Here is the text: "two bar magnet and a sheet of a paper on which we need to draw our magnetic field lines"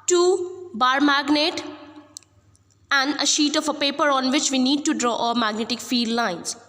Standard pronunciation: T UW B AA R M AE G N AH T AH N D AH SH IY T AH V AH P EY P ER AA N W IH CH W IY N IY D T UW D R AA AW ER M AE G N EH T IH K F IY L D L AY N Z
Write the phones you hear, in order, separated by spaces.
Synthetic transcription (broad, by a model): T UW B AA R M AE G N AH T AH N D AH SH IY T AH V AH P EY P ER AA N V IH CH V IY N IY D T UW D R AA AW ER M AE G N EH T IH K F IY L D L AY N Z